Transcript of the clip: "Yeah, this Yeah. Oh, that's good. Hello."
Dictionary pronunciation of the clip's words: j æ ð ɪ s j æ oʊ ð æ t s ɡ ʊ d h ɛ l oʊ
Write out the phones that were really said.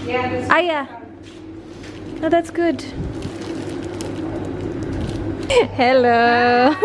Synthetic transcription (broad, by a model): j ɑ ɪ j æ oʊ ð æ t s ɡ ʊ d h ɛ l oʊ